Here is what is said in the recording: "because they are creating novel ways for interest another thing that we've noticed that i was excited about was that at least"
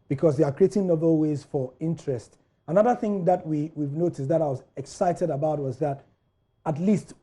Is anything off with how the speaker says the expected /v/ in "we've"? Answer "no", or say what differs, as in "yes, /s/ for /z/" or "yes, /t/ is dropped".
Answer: no